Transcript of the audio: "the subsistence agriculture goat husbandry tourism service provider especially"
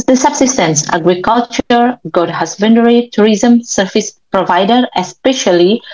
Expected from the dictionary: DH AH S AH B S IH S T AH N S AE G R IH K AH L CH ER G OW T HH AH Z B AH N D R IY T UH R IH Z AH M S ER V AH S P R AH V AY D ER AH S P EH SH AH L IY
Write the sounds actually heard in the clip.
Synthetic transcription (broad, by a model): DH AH S AH B S IH S T AH N S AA G R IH K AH L CH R G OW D HH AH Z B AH N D R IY T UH R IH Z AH M S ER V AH S P R AH V AY D ER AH S P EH SH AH L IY